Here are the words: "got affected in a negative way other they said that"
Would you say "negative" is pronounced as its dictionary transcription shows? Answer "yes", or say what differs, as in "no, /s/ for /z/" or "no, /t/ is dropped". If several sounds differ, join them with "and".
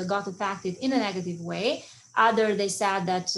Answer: yes